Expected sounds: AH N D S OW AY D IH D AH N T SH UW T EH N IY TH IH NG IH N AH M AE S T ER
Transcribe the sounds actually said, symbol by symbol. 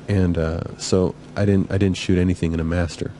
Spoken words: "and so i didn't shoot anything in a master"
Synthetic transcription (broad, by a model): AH N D S OW AY D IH D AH N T SH UW T EH N IY TH IH NG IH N AH M AE S T ER